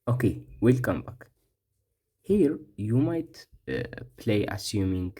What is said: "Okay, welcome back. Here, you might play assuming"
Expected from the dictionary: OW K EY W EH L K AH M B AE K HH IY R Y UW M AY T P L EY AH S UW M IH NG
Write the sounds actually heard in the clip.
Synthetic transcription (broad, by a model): OW K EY W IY L K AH M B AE K HH IY R Y UW M AY T P L EY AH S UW M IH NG